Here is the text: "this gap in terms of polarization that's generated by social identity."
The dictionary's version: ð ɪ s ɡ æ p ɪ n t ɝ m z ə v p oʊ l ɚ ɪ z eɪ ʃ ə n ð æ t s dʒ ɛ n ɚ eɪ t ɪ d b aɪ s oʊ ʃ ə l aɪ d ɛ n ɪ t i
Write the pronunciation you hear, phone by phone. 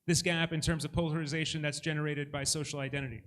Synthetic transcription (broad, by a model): ð ɪ s ɡ æ p ɪ n t ɝ m z ə v p oʊ l ɚ ɪ z eɪ ʃ ə n ð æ t s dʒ ɛ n ɚ eɪ t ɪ d b aɪ s oʊ ʃ l aɪ d ɛ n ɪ t i